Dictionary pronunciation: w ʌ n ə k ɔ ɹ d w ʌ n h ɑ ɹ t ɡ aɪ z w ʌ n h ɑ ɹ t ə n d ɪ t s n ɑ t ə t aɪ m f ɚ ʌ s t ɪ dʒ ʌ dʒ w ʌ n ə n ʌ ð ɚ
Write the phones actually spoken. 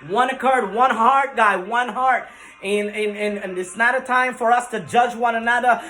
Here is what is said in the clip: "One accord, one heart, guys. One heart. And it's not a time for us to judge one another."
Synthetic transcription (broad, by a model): w ʌ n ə k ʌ ɹ d w ʌ n h ɑ ɹ t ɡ aɪ w ʌ n h ɑ ɹ t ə n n ɪ t s n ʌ t ə t aɪ m f ɚ ʌ s t ɪ dʒ ʌ dʒ w ʌ n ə n ʌ ð ɚ